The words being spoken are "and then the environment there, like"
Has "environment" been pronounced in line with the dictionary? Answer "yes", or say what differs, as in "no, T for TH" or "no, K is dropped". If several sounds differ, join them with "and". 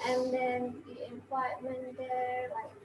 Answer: no, R is dropped